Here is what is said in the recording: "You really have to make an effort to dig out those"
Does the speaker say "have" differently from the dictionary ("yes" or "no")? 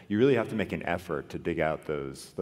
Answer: yes